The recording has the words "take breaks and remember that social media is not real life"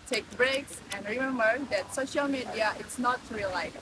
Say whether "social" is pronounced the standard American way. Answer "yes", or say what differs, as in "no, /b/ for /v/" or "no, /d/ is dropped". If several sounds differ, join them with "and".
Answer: yes